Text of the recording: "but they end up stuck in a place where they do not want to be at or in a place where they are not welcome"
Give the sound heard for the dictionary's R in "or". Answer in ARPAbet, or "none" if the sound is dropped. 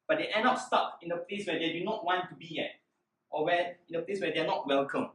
W